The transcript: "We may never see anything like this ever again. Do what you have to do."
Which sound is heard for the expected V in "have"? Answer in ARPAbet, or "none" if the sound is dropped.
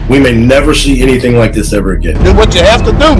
F